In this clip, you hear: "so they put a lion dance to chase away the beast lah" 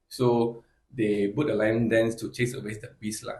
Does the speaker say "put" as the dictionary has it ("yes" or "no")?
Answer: no